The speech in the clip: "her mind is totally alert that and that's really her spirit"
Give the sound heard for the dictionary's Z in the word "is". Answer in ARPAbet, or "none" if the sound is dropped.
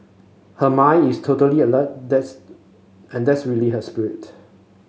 S